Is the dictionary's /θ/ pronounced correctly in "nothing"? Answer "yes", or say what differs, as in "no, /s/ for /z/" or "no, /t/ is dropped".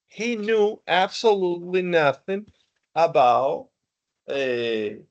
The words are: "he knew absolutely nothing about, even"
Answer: yes